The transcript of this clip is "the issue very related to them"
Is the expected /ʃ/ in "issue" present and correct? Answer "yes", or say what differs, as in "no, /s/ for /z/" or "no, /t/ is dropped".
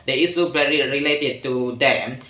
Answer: no, /s/ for /ʃ/